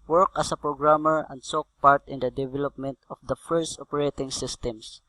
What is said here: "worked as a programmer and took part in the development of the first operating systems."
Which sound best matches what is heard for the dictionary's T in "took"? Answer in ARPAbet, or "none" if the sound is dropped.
S